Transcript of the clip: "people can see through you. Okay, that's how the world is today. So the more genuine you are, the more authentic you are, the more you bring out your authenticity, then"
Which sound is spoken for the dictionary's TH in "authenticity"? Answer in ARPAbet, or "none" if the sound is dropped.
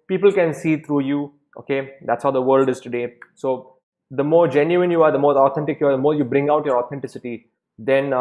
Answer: T